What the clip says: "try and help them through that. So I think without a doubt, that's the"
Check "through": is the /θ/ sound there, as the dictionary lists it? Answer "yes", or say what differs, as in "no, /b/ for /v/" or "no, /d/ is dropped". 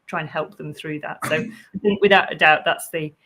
yes